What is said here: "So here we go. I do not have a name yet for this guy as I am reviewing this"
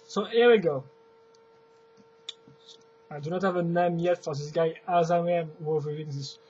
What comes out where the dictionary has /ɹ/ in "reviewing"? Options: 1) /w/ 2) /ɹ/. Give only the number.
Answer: 1